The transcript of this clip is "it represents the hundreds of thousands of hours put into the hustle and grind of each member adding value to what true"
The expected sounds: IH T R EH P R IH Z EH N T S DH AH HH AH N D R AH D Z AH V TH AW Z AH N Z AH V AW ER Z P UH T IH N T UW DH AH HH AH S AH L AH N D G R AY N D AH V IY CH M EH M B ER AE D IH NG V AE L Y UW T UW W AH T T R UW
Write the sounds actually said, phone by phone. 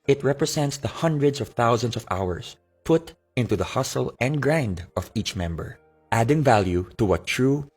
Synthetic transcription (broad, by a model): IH T R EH P R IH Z EH N T S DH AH HH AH N D R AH D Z AH V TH AW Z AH N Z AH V AW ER S P UH T IH N T UW DH AH HH AH S AH L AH N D G R AY N D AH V IY CH M EH M B ER AE D IH NG V AE L Y UW T UW W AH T T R UW